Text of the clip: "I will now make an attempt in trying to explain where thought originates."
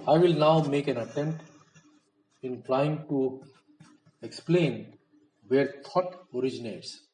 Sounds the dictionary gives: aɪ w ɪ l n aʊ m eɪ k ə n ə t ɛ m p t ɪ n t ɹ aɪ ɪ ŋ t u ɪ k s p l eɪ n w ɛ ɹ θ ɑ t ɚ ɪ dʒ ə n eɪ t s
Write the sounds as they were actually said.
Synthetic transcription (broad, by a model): aɪ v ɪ l n aʊ m eɪ k ə n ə t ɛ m t ɪ n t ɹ aɪ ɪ ŋ t u ɪ k s p l eɪ n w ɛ ɹ t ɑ t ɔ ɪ dʒ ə n eɪ t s